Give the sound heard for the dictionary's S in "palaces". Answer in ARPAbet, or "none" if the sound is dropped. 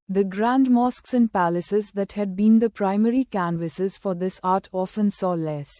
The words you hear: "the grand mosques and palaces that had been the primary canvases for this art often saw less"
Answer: S